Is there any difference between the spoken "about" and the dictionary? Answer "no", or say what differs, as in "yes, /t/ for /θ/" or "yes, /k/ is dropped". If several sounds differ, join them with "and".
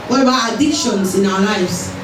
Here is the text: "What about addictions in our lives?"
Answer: yes, /t/ is dropped